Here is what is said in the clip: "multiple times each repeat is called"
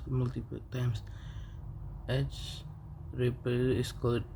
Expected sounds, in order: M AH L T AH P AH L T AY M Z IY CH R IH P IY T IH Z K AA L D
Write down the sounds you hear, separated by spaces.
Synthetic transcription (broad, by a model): M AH L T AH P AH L T AY M S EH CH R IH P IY IH S K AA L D